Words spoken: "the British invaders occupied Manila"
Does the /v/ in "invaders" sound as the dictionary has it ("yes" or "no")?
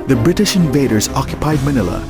yes